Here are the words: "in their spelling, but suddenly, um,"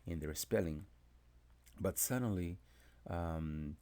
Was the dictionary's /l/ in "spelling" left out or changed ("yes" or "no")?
no